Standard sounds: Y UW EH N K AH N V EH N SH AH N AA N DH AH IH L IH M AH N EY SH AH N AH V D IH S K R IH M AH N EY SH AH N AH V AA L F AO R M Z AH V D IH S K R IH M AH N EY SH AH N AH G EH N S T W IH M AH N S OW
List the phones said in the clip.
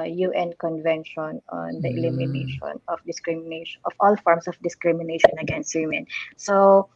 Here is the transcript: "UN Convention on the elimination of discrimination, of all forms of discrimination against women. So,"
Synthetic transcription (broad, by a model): Y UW EH N K AH N V EH N SH AH N AA N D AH IH L IH M AH N EY SH AH N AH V D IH S K R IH M N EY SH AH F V AA L F AO R M S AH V D IH S K R IH M AH N EY SH AH N AH G EH N S T W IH M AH N S OW